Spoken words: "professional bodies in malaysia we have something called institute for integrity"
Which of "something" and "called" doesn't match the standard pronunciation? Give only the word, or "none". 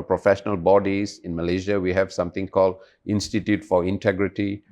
something